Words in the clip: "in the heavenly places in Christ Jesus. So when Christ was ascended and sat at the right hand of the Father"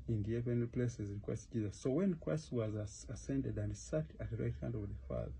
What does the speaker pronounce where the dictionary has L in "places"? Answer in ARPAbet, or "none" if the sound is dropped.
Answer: L